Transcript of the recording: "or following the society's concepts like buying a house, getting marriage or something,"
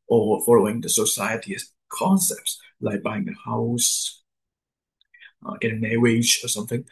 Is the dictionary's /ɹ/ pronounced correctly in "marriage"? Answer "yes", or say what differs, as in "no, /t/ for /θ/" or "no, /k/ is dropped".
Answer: no, /w/ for /ɹ/